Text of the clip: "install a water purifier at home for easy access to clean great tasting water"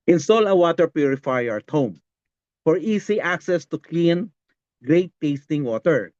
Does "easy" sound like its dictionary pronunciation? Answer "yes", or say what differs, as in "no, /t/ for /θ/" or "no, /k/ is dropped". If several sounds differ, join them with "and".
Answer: no, /s/ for /z/